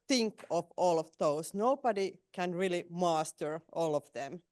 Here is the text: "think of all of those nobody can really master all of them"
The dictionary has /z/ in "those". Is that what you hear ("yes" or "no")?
no